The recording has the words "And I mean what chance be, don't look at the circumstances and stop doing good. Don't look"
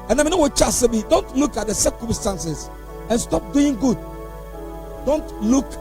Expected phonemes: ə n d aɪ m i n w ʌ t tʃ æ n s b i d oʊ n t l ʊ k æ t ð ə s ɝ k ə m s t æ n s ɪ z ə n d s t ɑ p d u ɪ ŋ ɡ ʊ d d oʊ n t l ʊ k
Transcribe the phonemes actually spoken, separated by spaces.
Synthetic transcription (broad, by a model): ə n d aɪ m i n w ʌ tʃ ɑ s b i d oʊ n t l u k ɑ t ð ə s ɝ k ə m s t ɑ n s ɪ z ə n s t ɑ p d u ɪ ŋ ɡ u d d oʊ n t l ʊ k